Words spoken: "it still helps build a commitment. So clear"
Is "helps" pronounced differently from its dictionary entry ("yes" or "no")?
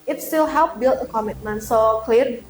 yes